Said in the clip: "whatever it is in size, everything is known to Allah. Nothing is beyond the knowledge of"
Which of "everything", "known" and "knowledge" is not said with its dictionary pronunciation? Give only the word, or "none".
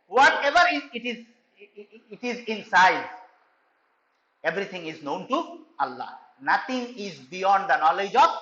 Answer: everything